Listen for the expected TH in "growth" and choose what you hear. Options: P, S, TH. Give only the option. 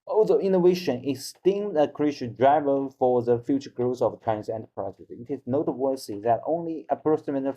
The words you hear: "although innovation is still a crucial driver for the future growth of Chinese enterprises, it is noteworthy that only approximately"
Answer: S